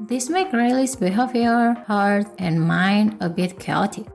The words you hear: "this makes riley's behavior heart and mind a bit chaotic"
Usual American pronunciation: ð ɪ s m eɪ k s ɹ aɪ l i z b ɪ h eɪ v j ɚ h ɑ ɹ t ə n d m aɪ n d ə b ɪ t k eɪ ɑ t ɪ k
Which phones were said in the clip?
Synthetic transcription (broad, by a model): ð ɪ s m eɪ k ɹ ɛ l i s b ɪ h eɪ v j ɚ h ɑ ɹ t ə n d m aɪ n d ə b ɪ t k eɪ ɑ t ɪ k